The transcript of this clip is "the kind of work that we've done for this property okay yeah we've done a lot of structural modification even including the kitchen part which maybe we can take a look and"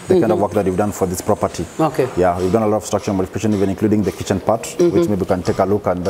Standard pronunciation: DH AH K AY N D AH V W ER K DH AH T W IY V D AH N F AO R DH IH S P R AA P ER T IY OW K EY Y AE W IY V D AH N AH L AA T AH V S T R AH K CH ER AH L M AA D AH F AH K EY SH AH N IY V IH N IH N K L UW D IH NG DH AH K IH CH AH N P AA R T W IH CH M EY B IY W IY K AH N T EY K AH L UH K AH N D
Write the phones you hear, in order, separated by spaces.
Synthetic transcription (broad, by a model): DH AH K AY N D AH V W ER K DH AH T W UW V D AH N F AO R DH IH S P R AA P ER T IY OW K EY Y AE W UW V D AH N AH L AA T AH V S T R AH K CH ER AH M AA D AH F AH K EY SH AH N IY V IH N IH N K L UW D IH NG DH AH K IH CH AH N P AA R T W IH CH M EY IY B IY K AH N T EY K AH L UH K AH N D